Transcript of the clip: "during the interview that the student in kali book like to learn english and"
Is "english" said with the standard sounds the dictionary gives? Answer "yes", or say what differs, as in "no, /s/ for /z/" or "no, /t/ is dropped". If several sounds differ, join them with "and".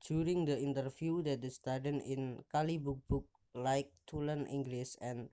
no, /s/ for /ʃ/